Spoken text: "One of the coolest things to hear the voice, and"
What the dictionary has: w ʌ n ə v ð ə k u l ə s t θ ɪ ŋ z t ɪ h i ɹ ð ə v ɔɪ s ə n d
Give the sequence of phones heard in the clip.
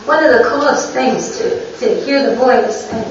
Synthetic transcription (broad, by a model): w ʌ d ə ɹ ð ə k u l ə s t θ ɪ ŋ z t ɪ h i ɹ ð ə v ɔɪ ə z